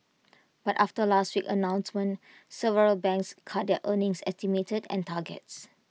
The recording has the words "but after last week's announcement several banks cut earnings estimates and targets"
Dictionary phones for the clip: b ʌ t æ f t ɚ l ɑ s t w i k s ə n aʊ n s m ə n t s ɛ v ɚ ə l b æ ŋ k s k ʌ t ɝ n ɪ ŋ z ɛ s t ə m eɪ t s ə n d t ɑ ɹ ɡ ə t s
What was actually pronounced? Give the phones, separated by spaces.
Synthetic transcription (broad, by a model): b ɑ t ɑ f t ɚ l ɑ s t w i k ə n aʊ n s m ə n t s ɛ v ɚ ə l b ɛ ŋ k s k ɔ t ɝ n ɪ ŋ s ɛ s t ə m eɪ t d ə n t ɑ ɡ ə t s